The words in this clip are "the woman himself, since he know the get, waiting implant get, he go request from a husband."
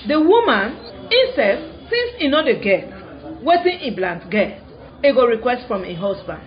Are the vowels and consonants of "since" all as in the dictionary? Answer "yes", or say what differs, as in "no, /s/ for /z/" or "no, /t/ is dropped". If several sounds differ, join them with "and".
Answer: no, /n/ is dropped